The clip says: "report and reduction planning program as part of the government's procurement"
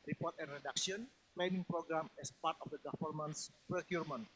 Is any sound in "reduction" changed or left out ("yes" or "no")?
yes